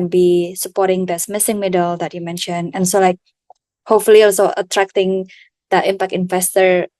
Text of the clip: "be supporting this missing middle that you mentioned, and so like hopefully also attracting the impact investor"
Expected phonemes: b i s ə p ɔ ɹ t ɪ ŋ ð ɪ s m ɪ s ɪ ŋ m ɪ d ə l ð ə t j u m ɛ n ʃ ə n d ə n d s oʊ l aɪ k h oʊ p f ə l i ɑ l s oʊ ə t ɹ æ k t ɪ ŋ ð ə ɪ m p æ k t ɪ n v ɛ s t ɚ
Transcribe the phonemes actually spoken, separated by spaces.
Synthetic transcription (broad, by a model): b i s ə p ɔ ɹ t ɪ ŋ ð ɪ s m ɪ s ɪ ŋ m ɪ d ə l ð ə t j u m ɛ n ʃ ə n ə n s oʊ l aɪ k h oʊ p f ə l i ɑ l s oʊ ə t ɹ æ k t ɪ ŋ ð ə ɪ m p æ k t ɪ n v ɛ s t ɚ